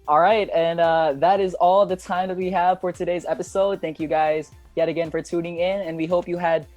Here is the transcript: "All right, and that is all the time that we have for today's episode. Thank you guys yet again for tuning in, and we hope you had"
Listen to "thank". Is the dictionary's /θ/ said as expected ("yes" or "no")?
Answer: yes